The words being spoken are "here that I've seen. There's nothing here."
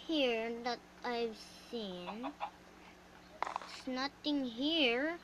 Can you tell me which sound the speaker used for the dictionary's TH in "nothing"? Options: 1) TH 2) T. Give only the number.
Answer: 2